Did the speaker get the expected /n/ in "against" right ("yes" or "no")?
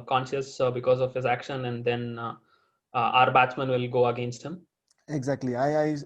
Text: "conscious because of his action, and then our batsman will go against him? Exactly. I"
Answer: yes